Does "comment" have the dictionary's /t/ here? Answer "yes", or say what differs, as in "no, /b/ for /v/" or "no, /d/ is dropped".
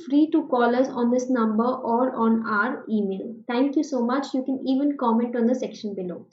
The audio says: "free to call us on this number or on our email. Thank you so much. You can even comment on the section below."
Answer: yes